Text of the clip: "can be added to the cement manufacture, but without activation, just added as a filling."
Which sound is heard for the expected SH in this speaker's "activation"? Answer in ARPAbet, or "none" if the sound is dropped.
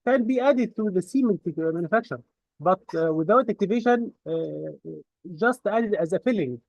SH